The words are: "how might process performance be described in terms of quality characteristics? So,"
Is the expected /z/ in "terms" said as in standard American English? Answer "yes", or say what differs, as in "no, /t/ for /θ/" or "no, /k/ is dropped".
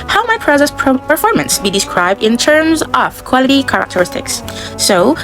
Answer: yes